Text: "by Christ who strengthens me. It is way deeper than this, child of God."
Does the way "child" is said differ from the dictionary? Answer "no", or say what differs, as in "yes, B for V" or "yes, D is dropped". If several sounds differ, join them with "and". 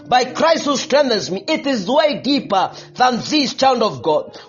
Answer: yes, N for L